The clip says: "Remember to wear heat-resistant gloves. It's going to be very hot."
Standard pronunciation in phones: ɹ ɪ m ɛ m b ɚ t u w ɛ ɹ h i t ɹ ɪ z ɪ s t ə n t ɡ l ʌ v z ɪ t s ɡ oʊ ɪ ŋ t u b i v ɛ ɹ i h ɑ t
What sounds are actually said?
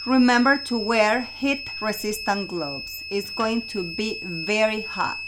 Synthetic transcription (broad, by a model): ɹ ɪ m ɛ m b ɚ t u w ɛ ɹ h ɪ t ɹ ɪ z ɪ s t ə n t ɡ l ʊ b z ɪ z ɡ oʊ ɪ ŋ t u b i v ɛ ɹ i h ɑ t